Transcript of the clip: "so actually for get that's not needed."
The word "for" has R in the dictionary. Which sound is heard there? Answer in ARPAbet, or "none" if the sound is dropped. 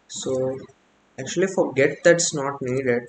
R